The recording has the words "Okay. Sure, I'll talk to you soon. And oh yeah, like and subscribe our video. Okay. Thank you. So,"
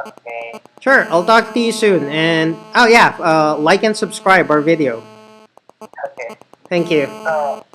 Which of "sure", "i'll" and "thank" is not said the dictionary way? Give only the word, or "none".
none